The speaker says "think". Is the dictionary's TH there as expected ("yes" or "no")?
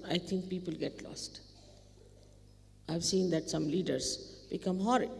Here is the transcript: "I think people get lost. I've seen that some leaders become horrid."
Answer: no